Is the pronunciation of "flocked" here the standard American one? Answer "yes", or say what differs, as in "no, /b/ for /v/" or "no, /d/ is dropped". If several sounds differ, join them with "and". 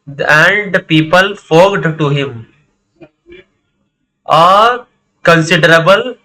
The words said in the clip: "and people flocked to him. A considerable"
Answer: no, /l/ is dropped